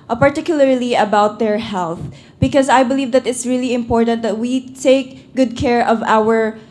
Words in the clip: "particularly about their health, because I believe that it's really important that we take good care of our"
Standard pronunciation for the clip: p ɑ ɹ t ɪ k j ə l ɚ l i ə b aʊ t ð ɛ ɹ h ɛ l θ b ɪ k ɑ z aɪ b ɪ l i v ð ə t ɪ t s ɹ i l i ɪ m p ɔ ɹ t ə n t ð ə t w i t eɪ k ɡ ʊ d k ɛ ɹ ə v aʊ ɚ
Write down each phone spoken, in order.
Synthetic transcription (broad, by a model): p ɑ ɹ t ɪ k j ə l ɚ l i ə b aʊ t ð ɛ ɹ h ɛ l θ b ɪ k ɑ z aɪ b ɪ l i v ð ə t ɪ t s ɹ i l i ɪ m p ɔ ɹ t ə n t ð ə t w i t eɪ k ɡ ʊ d k ɛ ɹ ə v aʊ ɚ